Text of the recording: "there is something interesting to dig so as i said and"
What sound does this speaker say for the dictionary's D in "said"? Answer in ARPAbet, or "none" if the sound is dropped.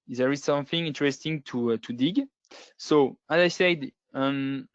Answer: D